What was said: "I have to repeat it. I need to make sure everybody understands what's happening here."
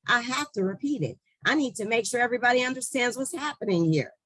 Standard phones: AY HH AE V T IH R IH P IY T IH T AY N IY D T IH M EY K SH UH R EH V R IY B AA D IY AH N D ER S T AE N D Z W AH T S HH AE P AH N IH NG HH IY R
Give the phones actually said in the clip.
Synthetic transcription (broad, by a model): AY HH AE F T IH R IH P IY T IH T AY N IY D T IH M EY K SH UH R EH V R IY B AA D IY AH N D ER S T AE N D Z W AH T S HH AE P AH N IH NG HH IY R